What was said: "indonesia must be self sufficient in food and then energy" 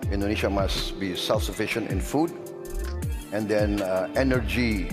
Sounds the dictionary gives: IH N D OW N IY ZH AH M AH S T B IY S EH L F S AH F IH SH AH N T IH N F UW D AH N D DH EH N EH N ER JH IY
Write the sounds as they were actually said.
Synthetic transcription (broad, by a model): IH N D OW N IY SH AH M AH S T B IY S EH L F S AH F IH SH AH N T IH N F UW D AH N D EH N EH N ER JH IY